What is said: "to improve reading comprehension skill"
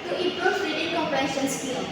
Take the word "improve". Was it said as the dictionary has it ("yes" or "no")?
no